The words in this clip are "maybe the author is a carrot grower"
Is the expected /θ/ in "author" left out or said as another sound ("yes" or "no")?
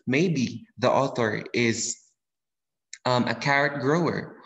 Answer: no